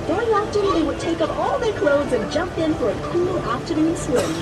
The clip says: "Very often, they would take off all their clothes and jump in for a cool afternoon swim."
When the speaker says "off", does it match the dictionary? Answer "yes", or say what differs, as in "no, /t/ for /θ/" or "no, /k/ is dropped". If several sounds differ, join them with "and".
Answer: no, /p/ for /f/